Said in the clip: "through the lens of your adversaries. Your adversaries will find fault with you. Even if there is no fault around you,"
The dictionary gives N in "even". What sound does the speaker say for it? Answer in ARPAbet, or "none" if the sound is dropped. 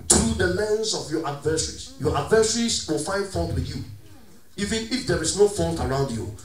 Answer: N